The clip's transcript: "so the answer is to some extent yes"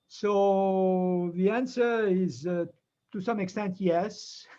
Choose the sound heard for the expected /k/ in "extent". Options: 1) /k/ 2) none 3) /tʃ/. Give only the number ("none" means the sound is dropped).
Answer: 1